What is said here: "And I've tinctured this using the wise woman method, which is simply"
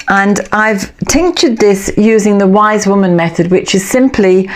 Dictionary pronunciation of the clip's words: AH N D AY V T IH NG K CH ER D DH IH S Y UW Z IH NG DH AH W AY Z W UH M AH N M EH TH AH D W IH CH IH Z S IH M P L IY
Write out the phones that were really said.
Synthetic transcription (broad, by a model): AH N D AY V T IH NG K CH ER D DH IH S Y UW Z IH NG DH AH W AY Z W UH M AH N M EH TH AH D W IH CH IH Z S IH M P L IY